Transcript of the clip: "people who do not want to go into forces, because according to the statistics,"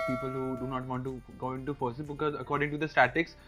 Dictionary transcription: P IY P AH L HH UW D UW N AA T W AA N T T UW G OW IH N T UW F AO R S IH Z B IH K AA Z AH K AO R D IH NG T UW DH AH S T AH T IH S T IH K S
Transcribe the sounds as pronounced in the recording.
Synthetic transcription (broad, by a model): P IY P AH L HH UW D UW N AA T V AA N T T UW G OW IH N T UW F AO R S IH B IH K AA Z AH K AO R D IH NG T UW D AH S T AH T T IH K S